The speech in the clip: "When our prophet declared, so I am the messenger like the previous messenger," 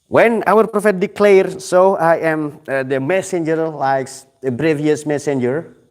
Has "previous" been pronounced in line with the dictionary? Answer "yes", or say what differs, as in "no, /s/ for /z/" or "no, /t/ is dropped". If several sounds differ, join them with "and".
no, /b/ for /p/